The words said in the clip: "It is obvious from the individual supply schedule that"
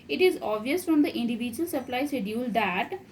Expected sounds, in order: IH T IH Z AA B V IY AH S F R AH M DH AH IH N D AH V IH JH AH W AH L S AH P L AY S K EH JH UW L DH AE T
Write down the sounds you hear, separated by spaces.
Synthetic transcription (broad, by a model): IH T IH Z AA V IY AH S F R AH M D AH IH N D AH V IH JH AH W AH L S AH P L AY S EH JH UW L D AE T